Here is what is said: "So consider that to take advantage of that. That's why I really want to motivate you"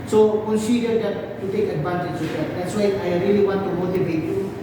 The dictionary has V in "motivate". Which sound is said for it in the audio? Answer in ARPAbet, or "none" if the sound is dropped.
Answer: B